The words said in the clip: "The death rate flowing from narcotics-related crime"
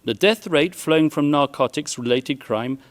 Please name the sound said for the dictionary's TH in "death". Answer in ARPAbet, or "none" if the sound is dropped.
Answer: TH